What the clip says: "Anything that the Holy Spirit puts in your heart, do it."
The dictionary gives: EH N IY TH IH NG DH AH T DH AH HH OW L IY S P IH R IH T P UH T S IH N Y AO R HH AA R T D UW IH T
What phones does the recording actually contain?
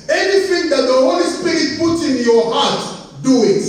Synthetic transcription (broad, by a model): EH N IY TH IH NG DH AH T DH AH HH OW L IY S P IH R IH T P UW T IH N Y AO HH AA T D UW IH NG